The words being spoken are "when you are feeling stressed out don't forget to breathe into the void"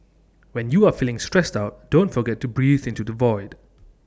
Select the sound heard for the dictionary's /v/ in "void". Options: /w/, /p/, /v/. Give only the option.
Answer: /v/